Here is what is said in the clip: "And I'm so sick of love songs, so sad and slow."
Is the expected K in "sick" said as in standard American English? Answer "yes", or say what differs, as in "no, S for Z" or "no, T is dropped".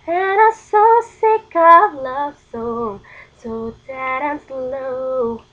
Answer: yes